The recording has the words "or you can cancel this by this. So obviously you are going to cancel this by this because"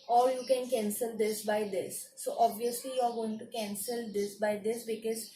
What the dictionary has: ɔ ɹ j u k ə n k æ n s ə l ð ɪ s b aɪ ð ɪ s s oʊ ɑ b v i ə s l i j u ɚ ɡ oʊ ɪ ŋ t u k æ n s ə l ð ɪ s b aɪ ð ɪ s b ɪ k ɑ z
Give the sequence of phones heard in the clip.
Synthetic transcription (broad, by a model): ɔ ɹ j u k ə n k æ n s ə l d ɪ s b aɪ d ɪ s s oʊ ɑ b v i ə s l i j u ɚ ɡ oʊ ɪ ŋ t u k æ n s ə l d ɪ s b aɪ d ɪ s b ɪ k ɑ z